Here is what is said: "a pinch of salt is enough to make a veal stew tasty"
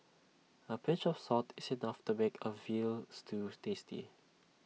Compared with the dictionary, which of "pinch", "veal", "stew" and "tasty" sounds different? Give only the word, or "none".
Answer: pinch